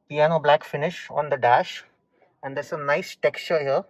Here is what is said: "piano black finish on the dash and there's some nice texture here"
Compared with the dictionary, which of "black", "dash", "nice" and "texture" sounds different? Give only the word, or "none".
none